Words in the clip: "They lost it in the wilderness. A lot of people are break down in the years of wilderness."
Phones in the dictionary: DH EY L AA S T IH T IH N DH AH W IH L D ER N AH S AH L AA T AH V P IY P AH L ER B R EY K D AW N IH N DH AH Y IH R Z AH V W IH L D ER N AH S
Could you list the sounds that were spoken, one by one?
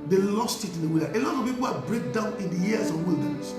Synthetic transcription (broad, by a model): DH EY L AA S T IH T IH N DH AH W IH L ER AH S AH L AA T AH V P IY P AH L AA B R EY K D AW N IH N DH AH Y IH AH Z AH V W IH L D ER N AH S